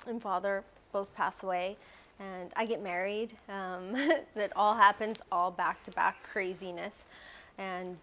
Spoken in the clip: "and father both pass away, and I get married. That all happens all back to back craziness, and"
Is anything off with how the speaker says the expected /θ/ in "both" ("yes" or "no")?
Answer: no